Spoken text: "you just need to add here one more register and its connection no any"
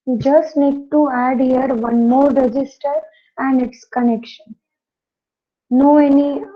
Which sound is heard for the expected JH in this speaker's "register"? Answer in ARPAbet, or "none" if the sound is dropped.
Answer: JH